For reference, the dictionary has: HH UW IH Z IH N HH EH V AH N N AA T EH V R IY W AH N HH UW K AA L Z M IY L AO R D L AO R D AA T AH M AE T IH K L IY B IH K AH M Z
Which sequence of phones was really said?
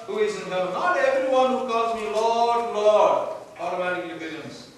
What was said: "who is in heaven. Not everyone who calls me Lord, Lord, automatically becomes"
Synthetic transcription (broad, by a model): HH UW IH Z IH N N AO AH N N AA T EH V R IY W AH N HH UW K AA L Z M IY L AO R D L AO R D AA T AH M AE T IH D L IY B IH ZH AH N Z